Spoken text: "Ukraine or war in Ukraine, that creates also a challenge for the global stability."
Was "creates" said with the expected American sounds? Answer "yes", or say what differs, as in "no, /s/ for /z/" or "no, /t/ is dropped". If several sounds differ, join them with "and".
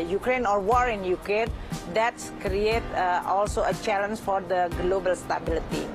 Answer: no, /s/ is dropped